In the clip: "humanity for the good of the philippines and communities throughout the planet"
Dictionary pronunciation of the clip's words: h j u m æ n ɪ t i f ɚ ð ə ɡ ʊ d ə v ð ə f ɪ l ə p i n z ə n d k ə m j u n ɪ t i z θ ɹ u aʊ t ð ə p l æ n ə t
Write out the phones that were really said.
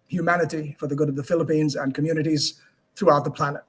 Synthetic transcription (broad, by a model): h j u m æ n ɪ t i f ɚ ð ə ɡ ʊ d ə v ð ə f ɪ l ə p i n z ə n k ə m j u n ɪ t i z θ ɹ u aʊ t ð ə p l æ n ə t